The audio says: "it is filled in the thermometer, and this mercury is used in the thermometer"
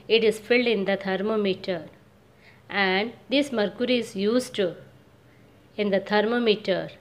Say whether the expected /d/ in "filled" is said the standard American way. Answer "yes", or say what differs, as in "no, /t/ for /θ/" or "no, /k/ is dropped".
yes